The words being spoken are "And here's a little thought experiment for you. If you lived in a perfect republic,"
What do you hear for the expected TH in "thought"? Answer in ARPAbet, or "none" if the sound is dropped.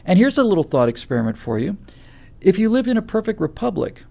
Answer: TH